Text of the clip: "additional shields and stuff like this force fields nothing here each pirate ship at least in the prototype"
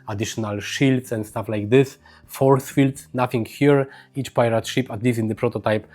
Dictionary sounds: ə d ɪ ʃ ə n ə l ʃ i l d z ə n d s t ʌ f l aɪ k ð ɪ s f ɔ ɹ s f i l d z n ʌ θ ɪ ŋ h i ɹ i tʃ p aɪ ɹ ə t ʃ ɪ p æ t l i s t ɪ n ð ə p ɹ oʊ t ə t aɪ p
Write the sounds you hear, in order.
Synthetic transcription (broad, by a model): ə d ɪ ʃ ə n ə l ʃ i l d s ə n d s t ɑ f l aɪ k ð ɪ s f ɔ ɹ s f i l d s n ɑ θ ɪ ŋ h i ɹ i tʃ p aɪ ɹ ə t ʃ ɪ p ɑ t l i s ɪ n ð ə p ɹ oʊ t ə t aɪ p